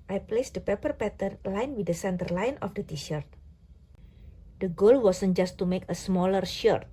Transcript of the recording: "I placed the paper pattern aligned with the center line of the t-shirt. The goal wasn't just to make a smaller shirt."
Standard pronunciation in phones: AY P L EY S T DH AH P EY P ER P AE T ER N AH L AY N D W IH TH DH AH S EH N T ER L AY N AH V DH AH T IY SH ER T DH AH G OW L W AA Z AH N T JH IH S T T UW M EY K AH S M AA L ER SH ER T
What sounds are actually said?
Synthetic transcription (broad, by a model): AY P L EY S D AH P EY P ER P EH T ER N L AY N W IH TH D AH S EH N T ER L AY N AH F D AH T IY SH ER T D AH G OW L W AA S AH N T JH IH S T T UW M EY K AH S M AA L ER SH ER T